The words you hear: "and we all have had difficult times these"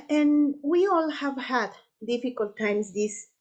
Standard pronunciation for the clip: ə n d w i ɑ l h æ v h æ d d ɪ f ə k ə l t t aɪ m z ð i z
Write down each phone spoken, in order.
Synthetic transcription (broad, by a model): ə n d w i ɑ l h æ v h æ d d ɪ f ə k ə l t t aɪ m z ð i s